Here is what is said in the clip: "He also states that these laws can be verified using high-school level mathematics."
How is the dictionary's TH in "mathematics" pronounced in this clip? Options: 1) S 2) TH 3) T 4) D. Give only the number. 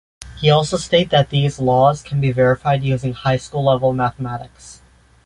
2